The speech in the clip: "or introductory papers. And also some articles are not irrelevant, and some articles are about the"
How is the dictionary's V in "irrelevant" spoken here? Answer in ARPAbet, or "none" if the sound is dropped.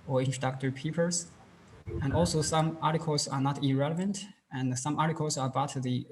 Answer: V